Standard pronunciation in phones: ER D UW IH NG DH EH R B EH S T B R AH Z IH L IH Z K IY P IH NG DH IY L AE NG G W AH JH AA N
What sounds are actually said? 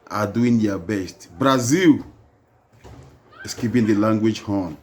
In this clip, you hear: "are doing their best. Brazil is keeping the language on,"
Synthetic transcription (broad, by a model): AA D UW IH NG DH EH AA B EH S T B R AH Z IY L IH S K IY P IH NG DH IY L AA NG G W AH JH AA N